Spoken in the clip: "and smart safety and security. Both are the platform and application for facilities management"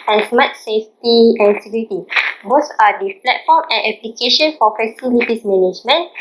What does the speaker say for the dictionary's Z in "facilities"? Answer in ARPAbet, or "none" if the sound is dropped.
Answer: S